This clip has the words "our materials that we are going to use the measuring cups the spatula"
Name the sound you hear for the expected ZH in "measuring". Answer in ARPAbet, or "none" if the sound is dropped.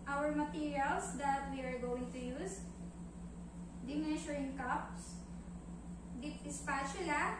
SH